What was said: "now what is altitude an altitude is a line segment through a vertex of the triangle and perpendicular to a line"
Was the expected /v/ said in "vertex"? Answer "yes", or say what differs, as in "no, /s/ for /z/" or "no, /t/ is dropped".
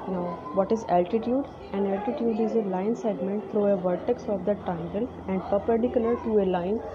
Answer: yes